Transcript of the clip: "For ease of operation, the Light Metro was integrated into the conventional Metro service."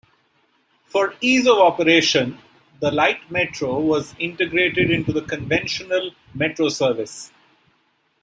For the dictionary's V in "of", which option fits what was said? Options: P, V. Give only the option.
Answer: V